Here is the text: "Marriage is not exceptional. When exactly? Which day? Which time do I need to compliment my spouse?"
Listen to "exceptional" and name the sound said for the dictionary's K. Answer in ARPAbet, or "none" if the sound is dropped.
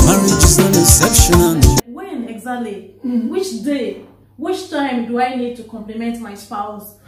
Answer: none